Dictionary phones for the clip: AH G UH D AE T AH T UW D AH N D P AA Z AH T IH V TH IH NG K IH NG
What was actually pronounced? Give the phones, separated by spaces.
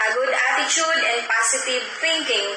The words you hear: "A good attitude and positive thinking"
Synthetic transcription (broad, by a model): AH G UH D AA T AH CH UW D AH N D P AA S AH T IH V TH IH NG K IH NG